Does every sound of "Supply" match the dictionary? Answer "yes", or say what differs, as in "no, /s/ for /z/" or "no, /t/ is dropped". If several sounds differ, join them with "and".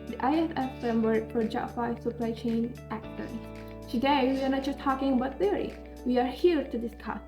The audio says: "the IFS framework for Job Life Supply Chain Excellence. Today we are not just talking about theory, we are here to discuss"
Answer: yes